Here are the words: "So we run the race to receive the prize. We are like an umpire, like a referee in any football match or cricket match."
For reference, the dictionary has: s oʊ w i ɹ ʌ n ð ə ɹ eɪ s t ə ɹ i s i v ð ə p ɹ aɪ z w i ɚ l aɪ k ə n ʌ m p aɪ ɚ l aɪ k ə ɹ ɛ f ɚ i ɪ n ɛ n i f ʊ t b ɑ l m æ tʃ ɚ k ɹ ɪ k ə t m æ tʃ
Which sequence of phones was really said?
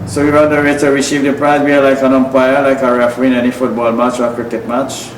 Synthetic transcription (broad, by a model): s oʊ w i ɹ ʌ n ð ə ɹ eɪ t ə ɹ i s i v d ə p ɹ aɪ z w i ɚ l aɪ k ə n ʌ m p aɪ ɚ l aɪ k ə ɹ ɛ f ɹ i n ɛ n i f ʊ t b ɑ l m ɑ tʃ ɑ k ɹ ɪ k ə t m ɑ tʃ